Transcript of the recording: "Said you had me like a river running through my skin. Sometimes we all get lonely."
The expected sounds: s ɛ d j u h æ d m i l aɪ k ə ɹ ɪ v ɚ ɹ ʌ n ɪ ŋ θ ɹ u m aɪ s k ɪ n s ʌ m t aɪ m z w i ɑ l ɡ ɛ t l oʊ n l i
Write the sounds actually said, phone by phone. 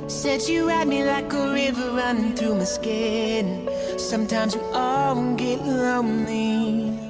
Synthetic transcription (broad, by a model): s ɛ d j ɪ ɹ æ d m i l aɪ k ə ɹ ɪ v ɚ ɹ ʌ n ɪ ŋ θ ɹ u m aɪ s k ɪ n s ʌ m t aɪ m z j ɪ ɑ n ɡ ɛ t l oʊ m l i